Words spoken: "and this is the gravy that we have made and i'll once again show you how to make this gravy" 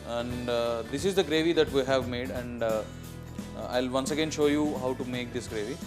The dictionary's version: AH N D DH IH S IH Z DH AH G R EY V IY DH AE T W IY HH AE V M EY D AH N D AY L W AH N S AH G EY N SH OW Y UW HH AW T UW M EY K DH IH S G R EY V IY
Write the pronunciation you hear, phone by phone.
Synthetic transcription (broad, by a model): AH N D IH S IH Z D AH G R EY V IY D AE T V IY HH AE V M EY D AH N D AY L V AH N S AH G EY N SH OW Y UW HH AW T UW M EY K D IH S G R EY V IY